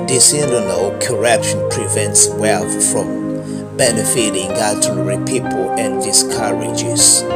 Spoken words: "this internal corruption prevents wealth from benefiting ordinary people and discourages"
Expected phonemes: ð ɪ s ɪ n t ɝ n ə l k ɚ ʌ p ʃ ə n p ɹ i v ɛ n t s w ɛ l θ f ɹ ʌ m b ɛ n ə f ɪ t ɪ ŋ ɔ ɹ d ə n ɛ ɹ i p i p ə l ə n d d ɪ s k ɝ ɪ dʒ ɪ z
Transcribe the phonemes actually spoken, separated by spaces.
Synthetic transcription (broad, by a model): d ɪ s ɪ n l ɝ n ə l k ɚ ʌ p ʃ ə n p ɹ i v ɛ n t s w ɛ l θ f ɹ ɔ m b ɛ n ə f ɪ t ɪ ŋ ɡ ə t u ɹ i p i p ə l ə n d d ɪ s k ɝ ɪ dʒ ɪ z